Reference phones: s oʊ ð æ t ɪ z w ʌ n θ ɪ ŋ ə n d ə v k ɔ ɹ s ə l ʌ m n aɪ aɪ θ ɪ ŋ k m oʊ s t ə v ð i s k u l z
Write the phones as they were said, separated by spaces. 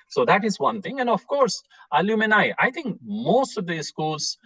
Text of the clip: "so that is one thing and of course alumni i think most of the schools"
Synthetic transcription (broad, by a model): s oʊ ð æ t ɪ z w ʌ n t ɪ ŋ ə n d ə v k ɔ ɹ s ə l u m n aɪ aɪ t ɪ ŋ k m oʊ s t ə v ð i s k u l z